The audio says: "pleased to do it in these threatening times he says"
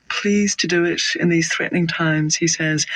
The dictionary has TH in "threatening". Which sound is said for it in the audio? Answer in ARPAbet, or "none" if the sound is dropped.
TH